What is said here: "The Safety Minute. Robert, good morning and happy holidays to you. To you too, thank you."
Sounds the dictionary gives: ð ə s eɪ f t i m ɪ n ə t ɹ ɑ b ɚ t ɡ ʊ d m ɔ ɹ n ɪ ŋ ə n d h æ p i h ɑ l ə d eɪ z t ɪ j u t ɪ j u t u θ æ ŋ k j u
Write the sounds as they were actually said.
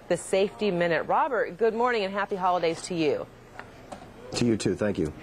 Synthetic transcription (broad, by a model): ð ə s eɪ f t i m ɪ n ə t ɹ ɑ b ɚ t ɡ ʊ d m ɔ ɹ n ɪ ŋ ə n h æ p i h ɑ l ə d eɪ z t ɪ j u t ɪ j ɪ t u θ æ ŋ k j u